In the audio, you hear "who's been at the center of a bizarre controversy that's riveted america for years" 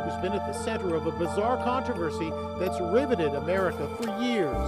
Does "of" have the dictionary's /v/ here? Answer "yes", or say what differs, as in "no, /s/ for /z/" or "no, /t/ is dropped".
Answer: yes